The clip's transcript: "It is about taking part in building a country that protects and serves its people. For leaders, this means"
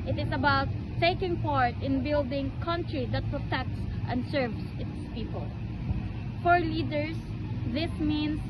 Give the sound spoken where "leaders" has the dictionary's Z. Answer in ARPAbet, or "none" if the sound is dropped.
S